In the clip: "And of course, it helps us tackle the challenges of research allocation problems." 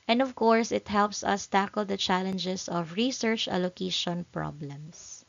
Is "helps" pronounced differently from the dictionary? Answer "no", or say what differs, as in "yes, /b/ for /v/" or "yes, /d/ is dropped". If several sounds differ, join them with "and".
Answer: no